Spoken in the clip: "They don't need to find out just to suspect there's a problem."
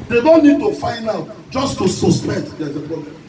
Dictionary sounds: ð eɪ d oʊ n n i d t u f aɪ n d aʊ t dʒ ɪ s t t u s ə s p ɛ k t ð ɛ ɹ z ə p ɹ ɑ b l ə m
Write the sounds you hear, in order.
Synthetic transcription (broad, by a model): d eɪ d oʊ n n i d t u f aɪ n aʊ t dʒ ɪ s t t u s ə s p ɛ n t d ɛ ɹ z ə p ɹ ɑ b l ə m